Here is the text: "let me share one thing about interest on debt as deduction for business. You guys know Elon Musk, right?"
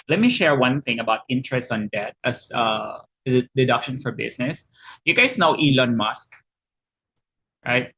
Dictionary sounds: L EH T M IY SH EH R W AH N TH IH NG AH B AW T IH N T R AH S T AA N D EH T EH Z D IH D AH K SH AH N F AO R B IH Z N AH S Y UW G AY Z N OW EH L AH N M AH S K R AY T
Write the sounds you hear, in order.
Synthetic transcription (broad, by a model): L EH T M IY SH EH R W AH N TH IH NG AH B AW T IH N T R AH S T AA N D EH T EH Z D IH D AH K SH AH N F AO R B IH S N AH S Y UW G AY S N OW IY L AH N M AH S K R AY T